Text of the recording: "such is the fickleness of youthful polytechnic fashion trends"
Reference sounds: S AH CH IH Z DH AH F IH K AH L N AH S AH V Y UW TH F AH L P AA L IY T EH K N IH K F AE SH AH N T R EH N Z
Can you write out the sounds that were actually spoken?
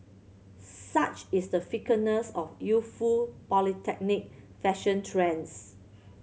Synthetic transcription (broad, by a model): S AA CH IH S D AH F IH K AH N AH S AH F Y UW F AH L P AA L IY T EH K N IH K F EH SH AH N T R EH N S